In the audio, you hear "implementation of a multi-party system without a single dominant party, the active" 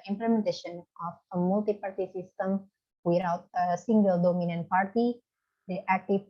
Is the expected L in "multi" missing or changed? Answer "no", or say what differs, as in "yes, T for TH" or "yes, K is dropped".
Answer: no